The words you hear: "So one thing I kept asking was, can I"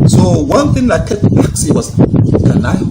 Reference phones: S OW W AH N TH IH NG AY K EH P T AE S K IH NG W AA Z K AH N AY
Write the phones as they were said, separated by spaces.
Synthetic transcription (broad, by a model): S OW W AH N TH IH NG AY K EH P AE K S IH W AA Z K AH N AY